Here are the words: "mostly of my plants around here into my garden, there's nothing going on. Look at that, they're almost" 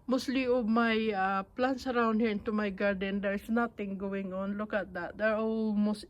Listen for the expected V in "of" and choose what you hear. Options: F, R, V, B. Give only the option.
B